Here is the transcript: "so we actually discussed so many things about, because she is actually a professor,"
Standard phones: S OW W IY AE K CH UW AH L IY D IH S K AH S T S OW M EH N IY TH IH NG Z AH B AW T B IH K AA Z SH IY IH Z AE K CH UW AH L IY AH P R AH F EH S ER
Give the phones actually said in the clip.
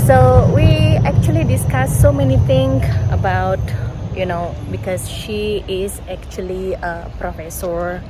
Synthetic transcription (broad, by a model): S OW W IY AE K CH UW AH L IY D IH S K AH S S OW M EH N IY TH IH NG S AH B AW T B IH K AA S SH IY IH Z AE K CH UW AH L IY AH P R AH F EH S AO